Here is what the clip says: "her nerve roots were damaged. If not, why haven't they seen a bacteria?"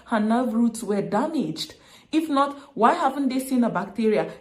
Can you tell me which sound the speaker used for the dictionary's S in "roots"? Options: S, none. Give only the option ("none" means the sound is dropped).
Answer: S